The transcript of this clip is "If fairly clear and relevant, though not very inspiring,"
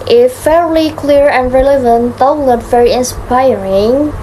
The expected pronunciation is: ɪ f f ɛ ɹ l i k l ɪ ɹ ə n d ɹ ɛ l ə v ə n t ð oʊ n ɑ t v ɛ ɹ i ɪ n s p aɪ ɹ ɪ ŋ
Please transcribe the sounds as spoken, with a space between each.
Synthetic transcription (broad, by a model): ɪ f f ɛ ɹ l i k l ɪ ɹ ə n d ɹ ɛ l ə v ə n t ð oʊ l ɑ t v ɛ ɹ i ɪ n s p aɪ ɹ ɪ ŋ